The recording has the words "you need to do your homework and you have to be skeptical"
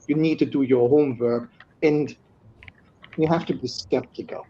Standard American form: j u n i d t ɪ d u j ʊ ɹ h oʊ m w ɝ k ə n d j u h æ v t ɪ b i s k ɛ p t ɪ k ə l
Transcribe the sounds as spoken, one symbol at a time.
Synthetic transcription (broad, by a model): j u n i d t ɪ d u j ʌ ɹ h oʊ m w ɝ k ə n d j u h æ f t ɪ b i s k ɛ p t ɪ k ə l